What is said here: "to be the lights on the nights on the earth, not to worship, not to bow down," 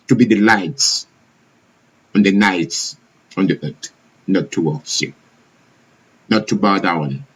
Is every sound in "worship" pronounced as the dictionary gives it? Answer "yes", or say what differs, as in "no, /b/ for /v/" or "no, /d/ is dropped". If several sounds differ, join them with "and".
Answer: no, /s/ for /ʃ/